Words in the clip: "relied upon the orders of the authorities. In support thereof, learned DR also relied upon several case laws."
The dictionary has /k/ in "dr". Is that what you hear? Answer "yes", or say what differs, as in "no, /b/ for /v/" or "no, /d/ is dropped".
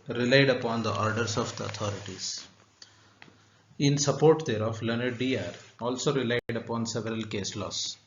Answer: no, /k/ is dropped